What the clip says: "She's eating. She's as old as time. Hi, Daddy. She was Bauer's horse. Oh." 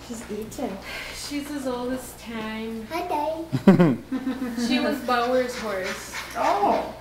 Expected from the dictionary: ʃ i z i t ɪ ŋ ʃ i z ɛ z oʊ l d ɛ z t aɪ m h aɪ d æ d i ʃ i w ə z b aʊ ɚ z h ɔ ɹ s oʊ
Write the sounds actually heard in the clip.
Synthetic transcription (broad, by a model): ʃ i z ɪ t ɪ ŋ ʃ i z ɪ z oʊ l d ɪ s t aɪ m h aɪ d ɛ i ʃ i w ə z b aʊ ɚ z h ɔ ɹ s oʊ